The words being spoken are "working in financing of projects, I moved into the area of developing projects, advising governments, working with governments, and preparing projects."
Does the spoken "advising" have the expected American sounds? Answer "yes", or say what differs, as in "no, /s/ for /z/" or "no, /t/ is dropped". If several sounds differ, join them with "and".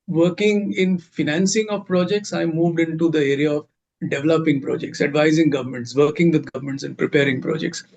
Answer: yes